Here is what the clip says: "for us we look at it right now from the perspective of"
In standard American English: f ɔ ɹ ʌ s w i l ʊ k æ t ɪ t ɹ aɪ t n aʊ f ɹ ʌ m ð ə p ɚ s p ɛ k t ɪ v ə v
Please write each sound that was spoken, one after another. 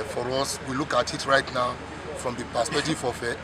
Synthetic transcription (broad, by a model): f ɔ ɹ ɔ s w i l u k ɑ t ɪ t ɹ aɪ t n aʊ f ɹ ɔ m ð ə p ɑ s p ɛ t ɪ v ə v